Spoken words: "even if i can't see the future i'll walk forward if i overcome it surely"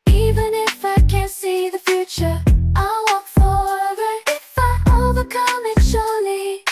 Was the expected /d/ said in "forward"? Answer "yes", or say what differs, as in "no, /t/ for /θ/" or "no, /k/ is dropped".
no, /d/ is dropped